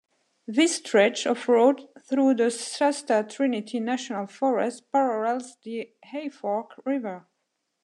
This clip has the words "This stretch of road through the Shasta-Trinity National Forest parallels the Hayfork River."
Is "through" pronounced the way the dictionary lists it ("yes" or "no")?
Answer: yes